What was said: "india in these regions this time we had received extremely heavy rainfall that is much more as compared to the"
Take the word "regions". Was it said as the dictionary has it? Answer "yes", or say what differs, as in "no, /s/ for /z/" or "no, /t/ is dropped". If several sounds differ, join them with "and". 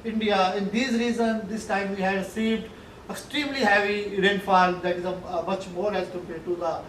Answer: no, /z/ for /dʒ/